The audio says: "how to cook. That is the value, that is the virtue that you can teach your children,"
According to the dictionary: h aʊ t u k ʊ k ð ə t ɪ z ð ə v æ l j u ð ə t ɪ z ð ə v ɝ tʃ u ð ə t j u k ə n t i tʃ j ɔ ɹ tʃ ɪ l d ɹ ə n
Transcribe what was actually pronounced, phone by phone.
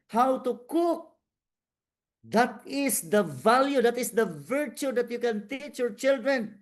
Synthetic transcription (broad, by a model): h aʊ t u k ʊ k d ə t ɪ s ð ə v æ l j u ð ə t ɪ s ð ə v ɝ tʃ u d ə t j u k ə n t i tʃ j ɔ ɹ tʃ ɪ l d ɹ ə n